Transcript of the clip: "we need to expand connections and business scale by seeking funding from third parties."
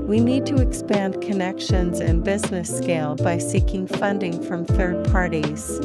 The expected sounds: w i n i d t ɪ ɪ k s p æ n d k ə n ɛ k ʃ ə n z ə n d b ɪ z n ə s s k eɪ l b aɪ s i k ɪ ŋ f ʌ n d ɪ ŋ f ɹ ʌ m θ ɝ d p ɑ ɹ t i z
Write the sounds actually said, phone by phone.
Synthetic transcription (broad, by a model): w i n i d t ɪ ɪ k s p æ n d k ə n ɛ k ʃ ə n z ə n b ɪ z n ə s s k eɪ l b aɪ s i k ɪ ŋ f ʌ n d ɪ ŋ f ɹ ʌ m θ ɝ d p ɑ ɹ t i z